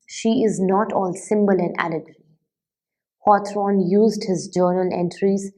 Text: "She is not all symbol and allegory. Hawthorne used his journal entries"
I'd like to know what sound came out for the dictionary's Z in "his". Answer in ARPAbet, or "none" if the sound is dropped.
Z